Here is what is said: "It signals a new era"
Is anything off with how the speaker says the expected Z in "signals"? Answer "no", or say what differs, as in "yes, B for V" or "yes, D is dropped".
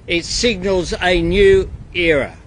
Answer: no